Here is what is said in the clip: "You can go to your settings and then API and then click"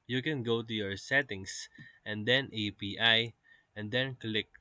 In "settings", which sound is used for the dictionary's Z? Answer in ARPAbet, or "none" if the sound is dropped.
S